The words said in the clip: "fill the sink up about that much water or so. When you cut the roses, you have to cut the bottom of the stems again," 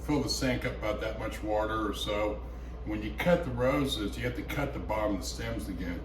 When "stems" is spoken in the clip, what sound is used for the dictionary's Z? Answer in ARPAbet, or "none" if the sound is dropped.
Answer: Z